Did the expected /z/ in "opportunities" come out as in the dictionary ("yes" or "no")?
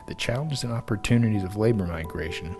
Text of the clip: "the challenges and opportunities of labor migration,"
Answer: yes